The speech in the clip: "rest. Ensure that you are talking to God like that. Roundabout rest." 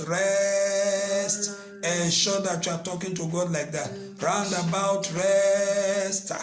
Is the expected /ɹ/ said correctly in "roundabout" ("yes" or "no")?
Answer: yes